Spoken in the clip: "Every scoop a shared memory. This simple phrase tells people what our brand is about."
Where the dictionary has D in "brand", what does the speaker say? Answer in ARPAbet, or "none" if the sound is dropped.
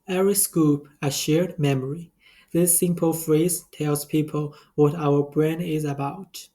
none